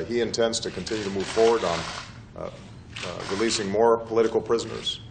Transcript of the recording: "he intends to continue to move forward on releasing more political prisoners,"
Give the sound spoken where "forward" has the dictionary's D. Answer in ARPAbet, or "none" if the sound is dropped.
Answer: D